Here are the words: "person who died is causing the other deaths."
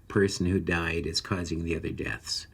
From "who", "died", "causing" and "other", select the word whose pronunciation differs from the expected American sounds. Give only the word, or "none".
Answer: none